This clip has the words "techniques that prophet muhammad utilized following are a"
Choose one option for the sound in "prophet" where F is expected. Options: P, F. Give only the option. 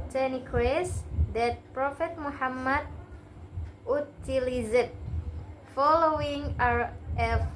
F